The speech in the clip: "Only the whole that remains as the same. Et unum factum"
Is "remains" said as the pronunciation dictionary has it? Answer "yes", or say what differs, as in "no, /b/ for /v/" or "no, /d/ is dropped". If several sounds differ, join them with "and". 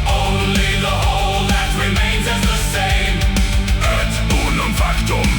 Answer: yes